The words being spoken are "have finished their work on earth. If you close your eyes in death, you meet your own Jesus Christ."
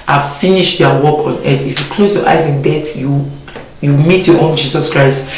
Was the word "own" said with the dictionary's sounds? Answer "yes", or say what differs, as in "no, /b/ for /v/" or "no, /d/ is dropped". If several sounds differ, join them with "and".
yes